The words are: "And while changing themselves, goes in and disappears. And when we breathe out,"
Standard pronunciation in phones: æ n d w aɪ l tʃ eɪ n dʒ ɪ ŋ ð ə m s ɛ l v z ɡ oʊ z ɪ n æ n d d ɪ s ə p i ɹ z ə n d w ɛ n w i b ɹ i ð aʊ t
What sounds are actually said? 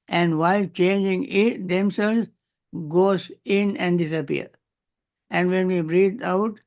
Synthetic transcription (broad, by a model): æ n d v aɪ l tʃ eɪ n dʒ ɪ ŋ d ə m s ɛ l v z ɡ oʊ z ɪ n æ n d d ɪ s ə p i ɹ ə n d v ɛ n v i b ɹ i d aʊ t